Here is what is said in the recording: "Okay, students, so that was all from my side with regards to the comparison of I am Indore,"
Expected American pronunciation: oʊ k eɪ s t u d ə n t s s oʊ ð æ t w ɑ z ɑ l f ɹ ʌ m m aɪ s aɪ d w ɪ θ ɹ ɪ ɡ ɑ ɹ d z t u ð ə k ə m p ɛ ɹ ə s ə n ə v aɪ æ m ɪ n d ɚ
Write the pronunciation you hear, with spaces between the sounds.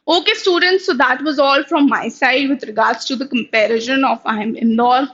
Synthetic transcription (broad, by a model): oʊ k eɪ s t u d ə n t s s oʊ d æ t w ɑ z ɑ l f ɹ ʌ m m aɪ s aɪ d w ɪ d ɹ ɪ ɡ ɑ ɹ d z t u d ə k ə m p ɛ ɹ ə ʃ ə n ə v aɪ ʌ m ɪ n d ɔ